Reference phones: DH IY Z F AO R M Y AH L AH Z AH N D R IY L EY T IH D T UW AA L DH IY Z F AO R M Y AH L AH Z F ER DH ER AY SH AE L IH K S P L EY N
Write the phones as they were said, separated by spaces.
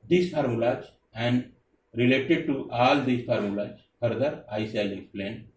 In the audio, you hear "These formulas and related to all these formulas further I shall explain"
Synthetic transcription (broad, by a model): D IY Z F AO R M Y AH L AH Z AH N D R IY L EY T IH D T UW AA L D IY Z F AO R M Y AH L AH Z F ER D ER AY S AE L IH K S P L EY N